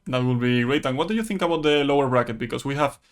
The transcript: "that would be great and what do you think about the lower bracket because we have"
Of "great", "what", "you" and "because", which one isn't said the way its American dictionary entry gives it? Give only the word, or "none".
because